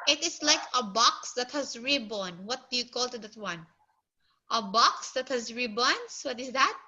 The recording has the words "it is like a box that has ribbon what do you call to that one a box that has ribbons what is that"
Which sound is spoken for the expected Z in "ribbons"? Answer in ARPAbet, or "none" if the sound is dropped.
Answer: S